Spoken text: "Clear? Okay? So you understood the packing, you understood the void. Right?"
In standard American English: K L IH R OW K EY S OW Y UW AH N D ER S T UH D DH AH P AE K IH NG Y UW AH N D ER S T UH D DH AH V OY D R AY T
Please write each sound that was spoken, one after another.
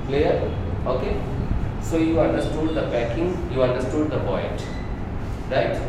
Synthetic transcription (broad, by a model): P L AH R OW K EY S OW Y UW AH N D ER S T UH D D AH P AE K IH NG Y UW AH N D ER S T UH D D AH P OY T R AY T